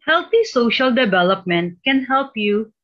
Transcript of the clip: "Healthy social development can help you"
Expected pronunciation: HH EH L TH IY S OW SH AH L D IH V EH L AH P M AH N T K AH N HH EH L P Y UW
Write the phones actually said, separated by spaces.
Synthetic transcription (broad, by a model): HH EH L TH IY S OW SH AH L D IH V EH L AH P M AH N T K AH N HH EH L P Y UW